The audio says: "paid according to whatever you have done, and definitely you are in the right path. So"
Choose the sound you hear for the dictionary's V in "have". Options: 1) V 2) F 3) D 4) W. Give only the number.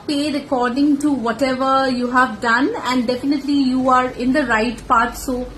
1